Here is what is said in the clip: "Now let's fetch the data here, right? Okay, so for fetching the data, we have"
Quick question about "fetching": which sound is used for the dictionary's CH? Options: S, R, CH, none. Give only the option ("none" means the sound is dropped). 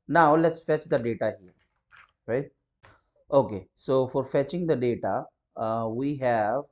CH